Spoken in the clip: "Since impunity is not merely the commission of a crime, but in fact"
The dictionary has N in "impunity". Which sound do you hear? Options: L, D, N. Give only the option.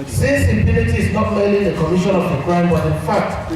L